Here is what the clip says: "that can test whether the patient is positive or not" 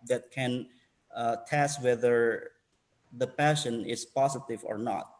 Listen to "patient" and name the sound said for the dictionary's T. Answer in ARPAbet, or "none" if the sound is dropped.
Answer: none